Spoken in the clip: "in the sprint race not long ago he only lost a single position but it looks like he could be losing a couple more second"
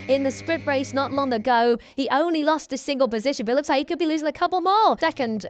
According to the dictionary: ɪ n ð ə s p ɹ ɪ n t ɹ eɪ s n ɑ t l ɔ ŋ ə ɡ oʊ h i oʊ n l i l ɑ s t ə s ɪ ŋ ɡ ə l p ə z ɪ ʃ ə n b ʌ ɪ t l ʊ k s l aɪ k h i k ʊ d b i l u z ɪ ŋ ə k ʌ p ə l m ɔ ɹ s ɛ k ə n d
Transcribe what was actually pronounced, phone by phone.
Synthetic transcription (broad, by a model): ɪ n ð ə s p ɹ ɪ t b ɹ eɪ s n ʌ t l ɔ ŋ ə ɡ oʊ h i oʊ n l i l ɑ s t ə s ɪ ŋ ɡ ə l p ə z ɪ ʃ ə n b ʌ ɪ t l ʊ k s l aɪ h i k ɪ d b i l u z ɪ ŋ ə k ʌ p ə l m ɔ l s ɛ k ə n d